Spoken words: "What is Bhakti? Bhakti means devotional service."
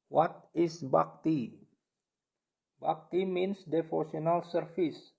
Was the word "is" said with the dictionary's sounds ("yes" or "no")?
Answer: no